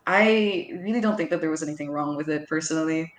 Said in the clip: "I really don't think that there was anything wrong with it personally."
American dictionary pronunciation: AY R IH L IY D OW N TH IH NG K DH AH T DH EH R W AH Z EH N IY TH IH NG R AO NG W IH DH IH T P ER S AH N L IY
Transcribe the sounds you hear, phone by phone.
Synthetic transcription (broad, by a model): AY R IH L IY D OW N TH IH NG K DH AH T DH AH R W AH Z EH N IY TH IH NG R AO NG W IH DH IH T P ER S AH N L IY